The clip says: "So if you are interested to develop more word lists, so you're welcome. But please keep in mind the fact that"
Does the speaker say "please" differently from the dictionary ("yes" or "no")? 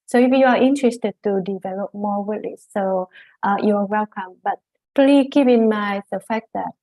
yes